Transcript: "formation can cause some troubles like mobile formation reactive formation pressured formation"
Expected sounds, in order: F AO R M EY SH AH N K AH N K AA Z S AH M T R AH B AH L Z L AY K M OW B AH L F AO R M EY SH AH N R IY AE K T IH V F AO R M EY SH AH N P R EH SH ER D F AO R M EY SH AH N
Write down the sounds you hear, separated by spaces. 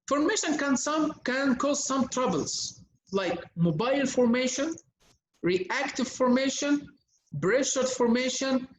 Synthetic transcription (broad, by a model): F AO R M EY SH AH N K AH N K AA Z S AH M T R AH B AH L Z L AY K M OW B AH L F AO R M EY SH AH N R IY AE K T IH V F AO R M EY SH AH N B R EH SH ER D F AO R M EY SH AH N